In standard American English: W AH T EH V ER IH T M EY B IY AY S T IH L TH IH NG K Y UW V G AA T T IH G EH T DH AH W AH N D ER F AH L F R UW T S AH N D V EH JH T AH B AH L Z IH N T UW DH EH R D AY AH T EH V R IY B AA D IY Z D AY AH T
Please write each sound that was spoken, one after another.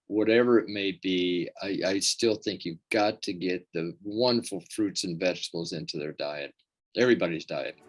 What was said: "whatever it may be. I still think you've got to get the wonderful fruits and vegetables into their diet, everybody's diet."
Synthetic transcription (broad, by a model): W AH T EH V ER IH T M EY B IY AY S T IH L TH IH NG K Y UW V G AA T T IH G EH T DH AH W AH N D ER F L F R UW T S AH N V EH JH T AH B L Z IH N T UW DH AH R D AY AH T EH V R IY B AA D IY Z D AY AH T